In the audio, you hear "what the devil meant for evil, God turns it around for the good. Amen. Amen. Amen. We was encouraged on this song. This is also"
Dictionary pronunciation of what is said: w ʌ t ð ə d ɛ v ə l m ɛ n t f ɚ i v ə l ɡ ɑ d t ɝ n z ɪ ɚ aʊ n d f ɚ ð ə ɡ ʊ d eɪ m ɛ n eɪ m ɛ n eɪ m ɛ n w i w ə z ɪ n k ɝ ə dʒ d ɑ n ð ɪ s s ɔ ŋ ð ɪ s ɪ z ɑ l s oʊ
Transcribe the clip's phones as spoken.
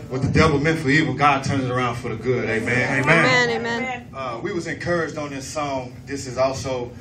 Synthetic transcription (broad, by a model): w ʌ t ð ə d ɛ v l m ɛ n t f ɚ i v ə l ɡ ɑ d t ɝ n z ɚ aʊ n d f ɚ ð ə ɡ ʊ d eɪ m ɛ n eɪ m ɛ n eɪ m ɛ n w i w ə z ɪ n k ɝ ə dʒ d n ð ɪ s s ɔ ŋ ð ɪ s ɪ z ɑ l s oʊ